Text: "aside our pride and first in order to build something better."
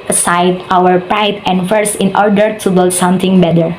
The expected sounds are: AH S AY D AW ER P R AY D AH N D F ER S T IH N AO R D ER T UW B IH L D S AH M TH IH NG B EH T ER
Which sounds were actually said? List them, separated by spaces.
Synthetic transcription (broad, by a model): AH S AY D AW ER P R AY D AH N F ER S IH N AO R D ER T UW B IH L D S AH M T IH NG B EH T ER